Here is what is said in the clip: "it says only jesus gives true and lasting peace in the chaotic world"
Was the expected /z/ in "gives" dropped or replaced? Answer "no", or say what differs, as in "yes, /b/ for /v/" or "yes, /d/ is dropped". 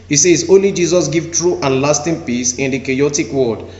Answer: yes, /z/ is dropped